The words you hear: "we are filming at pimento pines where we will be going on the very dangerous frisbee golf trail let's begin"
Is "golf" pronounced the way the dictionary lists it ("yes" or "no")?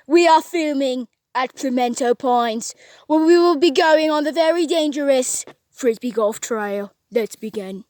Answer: yes